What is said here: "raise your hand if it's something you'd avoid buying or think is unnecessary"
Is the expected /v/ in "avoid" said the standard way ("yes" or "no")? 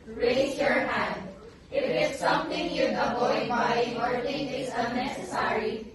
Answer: no